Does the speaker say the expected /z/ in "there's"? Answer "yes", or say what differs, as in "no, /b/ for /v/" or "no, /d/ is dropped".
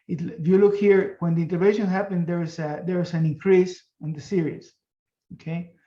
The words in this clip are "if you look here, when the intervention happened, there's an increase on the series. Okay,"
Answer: no, /s/ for /z/